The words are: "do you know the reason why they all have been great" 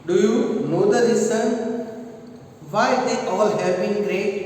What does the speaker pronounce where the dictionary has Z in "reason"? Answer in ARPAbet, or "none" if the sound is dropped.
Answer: S